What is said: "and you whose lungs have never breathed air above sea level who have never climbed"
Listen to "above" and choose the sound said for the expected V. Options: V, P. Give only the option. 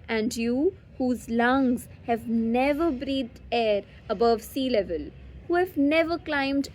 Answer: V